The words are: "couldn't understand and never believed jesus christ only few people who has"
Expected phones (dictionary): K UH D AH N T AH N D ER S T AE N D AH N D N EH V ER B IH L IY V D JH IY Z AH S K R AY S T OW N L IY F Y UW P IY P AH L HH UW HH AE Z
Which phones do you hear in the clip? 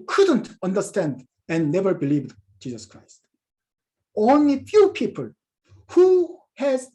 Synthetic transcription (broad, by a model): K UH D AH N T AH N D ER S T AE N D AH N N EH V ER B IH L IY V D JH IY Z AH S K R AY S T OW N L IY F Y UW P IY P AH L HH UW HH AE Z